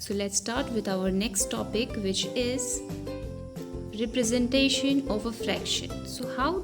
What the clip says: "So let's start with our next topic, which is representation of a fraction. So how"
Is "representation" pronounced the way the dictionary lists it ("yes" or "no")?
yes